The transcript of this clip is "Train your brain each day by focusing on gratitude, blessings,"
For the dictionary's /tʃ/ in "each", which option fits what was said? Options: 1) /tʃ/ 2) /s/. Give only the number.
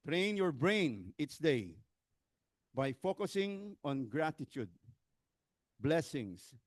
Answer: 2